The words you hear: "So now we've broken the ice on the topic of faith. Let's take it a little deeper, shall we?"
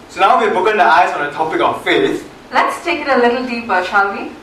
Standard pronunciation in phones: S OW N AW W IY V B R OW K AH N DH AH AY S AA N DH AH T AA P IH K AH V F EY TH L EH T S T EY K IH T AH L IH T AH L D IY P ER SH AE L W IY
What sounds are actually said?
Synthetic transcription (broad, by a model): S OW N AW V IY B OW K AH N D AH AY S AA N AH T AA P IH K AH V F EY S L EH T S T EY K IH T AH L IH T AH L D IY P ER SH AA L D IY